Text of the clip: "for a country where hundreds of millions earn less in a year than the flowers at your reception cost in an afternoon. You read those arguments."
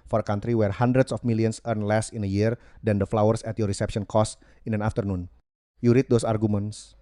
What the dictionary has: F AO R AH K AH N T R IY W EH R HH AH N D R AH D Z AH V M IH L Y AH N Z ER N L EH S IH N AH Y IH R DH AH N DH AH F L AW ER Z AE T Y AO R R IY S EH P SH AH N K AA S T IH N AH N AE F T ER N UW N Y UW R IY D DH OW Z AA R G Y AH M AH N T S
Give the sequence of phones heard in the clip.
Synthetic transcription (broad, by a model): F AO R AH K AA N T R IY W EH R HH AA N D R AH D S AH F M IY L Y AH N S ER N L EH S IH N AH Y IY R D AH N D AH F L AW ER S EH T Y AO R R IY S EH P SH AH N K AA S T IH N AH N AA F T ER N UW N Y UW R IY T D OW S AA R G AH M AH N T S